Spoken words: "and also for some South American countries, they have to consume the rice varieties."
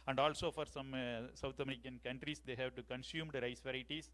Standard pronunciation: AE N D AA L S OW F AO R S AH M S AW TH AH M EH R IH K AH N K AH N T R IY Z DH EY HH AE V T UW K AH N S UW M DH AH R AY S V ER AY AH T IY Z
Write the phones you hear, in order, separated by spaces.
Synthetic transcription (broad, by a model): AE N D AA L S OW F AO R S AH M S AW T AH M EH R IH K AH N K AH N T R IY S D EY HH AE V T UW K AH N S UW M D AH R AY S V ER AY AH T IY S